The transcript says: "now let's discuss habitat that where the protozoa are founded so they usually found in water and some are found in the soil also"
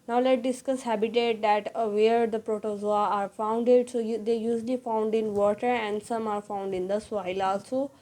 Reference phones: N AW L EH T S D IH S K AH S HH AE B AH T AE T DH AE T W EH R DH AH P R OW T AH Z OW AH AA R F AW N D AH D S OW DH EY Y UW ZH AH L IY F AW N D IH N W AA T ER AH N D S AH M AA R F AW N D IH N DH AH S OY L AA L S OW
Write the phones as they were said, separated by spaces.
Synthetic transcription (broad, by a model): N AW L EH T D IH S K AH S HH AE B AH T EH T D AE T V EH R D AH P R OW T AH Z OW AH AA R F AW N D AH D S OW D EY Y UW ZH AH L IY F AW N D IH N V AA T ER AH N D S AH M AA R F AW N D IH N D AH S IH L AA L S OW